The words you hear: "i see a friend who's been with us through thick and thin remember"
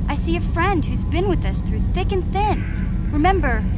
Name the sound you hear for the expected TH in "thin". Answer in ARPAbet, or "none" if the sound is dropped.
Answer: TH